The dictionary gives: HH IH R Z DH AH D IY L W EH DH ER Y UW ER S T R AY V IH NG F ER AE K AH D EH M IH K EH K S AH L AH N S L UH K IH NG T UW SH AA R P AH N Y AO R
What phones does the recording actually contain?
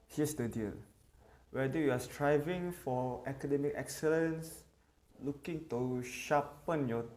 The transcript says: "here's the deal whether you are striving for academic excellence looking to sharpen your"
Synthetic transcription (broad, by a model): HH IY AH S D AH D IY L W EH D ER Y UW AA S T R AY V IH NG F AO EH K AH D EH M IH K EH K S AH L AH N S L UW K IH NG T UW SH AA P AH N Y AO